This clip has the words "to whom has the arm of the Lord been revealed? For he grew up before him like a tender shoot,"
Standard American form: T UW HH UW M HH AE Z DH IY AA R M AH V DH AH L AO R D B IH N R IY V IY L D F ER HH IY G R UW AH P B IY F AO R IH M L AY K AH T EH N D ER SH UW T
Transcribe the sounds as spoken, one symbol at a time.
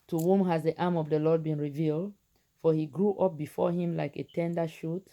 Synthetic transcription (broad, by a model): T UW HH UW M HH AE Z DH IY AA M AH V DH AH L AO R D B IH N R IY V IY L D F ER HH IY G R UW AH P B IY F AO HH IH M L AY K AH T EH N D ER SH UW T